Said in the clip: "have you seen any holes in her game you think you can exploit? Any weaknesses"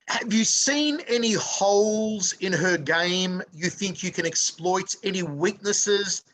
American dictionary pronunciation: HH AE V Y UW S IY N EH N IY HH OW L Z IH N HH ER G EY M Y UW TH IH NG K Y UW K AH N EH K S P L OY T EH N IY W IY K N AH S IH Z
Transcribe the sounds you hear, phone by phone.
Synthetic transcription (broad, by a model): HH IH V Y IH S IY N EH N IY HH OW L Z IH N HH ER G EY M Y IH TH IH NG K Y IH K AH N EH K S P L OY T EH N IY W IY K N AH S IH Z